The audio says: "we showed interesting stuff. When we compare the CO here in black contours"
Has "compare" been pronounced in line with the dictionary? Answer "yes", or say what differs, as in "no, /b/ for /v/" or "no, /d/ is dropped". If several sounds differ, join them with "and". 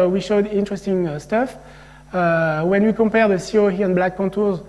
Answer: yes